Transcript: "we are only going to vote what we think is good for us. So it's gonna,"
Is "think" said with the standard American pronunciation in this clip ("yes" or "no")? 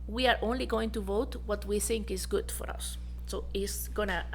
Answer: yes